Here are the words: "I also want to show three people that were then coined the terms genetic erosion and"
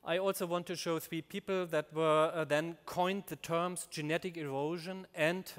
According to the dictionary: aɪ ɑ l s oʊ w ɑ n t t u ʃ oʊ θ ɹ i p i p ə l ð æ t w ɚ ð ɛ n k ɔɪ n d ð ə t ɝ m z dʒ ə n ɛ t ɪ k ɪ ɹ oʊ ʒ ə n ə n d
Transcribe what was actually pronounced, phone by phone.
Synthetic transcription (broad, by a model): aɪ ɑ l s oʊ w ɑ n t t u ʃ oʊ θ ɹ i p i p l ð æ t w ɚ ð ɛ n k ɔɪ n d ð ə t ɝ m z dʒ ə n ɛ t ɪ k ɪ ɹ oʊ ʒ ə n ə n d